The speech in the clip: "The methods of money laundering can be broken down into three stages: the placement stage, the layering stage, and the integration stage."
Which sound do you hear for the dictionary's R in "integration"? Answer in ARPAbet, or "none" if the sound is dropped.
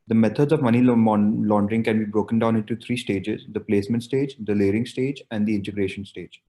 R